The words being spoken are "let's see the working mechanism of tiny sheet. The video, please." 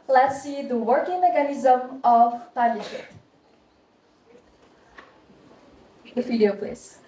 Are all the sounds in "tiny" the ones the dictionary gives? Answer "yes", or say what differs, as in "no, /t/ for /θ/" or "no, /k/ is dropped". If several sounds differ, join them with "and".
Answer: no, /l/ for /n/